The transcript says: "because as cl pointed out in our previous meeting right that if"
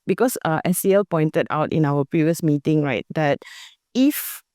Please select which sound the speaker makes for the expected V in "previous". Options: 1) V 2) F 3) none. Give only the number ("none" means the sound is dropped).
1